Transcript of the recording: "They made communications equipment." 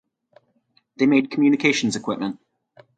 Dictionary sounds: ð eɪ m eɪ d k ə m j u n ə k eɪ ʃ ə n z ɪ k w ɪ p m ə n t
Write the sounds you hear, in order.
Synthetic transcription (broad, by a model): ð eɪ m eɪ d k ə m j u n ə k eɪ ʃ ə n z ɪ k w ɪ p m ə n t